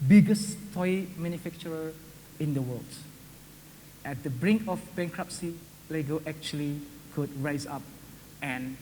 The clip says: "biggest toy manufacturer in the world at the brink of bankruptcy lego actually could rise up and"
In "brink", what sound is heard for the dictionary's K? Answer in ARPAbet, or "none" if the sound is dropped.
K